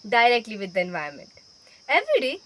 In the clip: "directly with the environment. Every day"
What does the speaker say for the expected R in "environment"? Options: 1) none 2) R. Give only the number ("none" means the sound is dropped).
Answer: 1